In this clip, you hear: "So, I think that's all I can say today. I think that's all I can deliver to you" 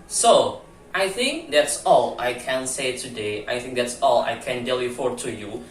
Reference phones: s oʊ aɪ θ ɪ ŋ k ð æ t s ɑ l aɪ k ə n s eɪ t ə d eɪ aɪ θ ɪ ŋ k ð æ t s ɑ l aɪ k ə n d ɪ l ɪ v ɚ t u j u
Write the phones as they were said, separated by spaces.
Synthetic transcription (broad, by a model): s oʊ aɪ θ ɪ ŋ k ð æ t s ɑ l aɪ k ə n s eɪ t ə d eɪ aɪ θ ɪ ŋ k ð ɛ t s ɑ l aɪ k ə n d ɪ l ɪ f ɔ t u j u